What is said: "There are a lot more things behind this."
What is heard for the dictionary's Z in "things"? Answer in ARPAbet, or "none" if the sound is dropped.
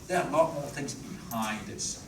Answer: Z